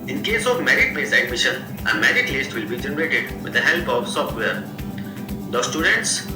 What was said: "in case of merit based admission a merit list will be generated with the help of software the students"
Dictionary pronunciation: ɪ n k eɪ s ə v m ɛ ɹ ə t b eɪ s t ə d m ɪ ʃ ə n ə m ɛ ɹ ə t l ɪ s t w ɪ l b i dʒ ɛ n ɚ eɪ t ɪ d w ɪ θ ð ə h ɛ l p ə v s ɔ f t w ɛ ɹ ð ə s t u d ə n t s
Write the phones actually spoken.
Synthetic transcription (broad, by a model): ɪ n k eɪ s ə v m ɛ ɹ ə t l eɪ s ə d m ɪ ʃ ə n ə m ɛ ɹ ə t l ɪ s t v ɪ l b i dʒ ɛ n ɚ eɪ t ɪ d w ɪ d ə h ɛ l p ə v s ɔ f t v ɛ ɹ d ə s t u d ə n t s